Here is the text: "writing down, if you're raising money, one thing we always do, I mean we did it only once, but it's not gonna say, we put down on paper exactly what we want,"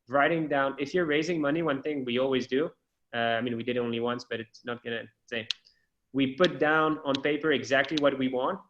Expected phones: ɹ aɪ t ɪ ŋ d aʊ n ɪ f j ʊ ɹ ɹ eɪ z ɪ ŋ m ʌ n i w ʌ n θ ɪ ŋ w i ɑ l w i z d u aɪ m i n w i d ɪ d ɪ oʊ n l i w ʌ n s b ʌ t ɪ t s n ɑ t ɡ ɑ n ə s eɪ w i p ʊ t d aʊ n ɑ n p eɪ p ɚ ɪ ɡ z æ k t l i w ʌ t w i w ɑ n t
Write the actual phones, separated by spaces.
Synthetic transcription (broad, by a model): ɹ aɪ t ɪ ŋ d aʊ n ɪ f j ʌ ɹ ɹ eɪ z ɪ ŋ m ʌ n i w ʌ n θ ɪ ŋ w i ɑ l w i z d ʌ aɪ m i n w i d ɪ d ɪ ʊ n l i w ʌ n s b ʌ t ɪ t s n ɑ t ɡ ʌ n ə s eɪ w i p ʊ t d aʊ n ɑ n p eɪ p ɚ ɪ ɡ z æ k t l i w ʌ t w i w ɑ n t